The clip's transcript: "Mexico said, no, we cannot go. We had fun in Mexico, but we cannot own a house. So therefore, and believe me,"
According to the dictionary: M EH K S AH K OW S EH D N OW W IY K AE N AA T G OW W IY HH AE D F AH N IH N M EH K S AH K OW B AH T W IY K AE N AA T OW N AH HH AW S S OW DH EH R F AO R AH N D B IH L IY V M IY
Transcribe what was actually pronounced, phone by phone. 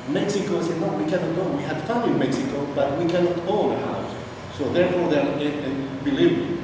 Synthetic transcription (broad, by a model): M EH K S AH K OW S EH D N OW W IY K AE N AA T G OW W IY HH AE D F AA IH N M EH K S AH K OW B AH T W IY K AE N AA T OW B AH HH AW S S OW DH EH R F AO R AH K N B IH L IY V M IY